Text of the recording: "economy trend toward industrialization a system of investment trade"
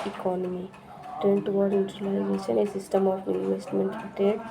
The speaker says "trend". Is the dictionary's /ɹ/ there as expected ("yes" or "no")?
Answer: no